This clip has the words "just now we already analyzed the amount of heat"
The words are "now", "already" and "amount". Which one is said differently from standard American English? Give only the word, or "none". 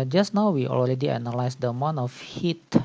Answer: amount